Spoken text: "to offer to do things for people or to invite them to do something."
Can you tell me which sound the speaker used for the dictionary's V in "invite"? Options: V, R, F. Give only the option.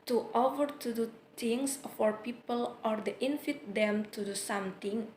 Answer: F